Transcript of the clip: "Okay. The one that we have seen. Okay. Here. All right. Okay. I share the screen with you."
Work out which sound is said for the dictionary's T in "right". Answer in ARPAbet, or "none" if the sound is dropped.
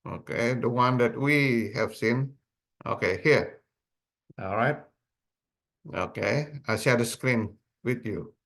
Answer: T